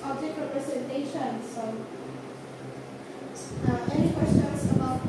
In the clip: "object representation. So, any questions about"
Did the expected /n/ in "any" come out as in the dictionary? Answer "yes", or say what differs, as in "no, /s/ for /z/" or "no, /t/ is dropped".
no, /n/ is dropped